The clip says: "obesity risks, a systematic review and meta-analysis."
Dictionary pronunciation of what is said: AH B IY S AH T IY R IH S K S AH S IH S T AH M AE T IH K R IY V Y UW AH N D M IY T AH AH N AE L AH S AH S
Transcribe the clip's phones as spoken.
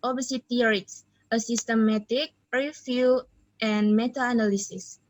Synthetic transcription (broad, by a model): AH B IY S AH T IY R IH K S AH S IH S T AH M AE T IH K R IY F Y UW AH N M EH T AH N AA L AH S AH S